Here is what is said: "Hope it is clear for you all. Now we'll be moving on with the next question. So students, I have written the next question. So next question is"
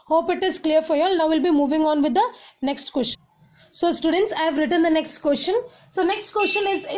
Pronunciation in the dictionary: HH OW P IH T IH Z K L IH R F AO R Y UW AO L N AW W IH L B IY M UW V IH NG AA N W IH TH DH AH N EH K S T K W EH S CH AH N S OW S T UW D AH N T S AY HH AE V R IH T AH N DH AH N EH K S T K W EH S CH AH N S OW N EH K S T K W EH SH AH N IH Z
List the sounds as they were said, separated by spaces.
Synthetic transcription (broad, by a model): HH OW P IH T IH Z K L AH R F AO R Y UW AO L N AW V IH L B IY M UW V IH NG AA N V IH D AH N EH K S T K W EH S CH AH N S OW S T UW D AH N T S AY V R IH T AH N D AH N EH K S T K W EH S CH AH N S OW N EH K S T K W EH S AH N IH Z